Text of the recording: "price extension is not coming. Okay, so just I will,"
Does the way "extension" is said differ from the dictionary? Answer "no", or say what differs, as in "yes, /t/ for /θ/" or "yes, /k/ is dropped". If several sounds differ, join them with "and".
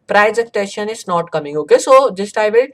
yes, /s/ is dropped